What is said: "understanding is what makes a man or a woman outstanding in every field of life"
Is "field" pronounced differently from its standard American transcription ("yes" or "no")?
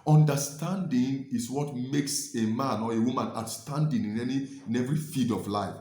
yes